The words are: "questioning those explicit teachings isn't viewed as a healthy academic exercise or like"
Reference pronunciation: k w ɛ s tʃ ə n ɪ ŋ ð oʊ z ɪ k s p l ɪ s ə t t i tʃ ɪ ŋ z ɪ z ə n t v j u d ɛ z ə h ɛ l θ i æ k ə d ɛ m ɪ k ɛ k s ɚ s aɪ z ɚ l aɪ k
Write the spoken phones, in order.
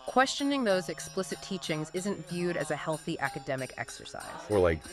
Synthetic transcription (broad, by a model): k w ɛ s tʃ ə n ɪ ŋ ð oʊ z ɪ k s p l ɪ s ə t t i tʃ ɪ ŋ z ɪ z ə n t v j u d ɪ z ə h ɛ l θ i æ k ə d ɛ m ɪ k ɛ k s ɚ s aɪ z ɚ l aɪ k